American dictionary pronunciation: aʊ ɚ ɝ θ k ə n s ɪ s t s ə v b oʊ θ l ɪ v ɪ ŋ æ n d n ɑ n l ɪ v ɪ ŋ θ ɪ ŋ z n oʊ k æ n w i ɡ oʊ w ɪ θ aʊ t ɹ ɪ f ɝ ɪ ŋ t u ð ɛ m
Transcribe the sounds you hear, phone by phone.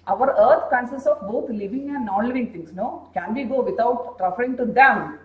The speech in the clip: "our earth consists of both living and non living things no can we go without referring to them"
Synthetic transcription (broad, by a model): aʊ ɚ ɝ t k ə n s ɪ s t ə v b oʊ t l ɪ v ɪ ŋ æ n d n ɑ n l ɪ v ɪ ŋ t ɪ ŋ s n oʊ k æ n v i ɡ oʊ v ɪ t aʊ t ɹ ɪ f ɝ ɪ ŋ t u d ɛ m